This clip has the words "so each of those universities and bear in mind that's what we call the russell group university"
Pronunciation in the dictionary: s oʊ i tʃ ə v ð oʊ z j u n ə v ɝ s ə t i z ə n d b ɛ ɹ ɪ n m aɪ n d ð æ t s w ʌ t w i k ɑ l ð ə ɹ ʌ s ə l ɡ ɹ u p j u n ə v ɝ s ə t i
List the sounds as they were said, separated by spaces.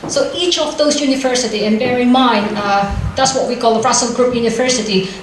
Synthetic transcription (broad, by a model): s oʊ i tʃ ə v ð oʊ z j u n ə v ɝ s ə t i ə n b ɛ ɹ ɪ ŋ m aɪ n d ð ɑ t s w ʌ t w i k ɑ l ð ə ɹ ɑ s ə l ɡ ɹ u p j u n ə v ɝ s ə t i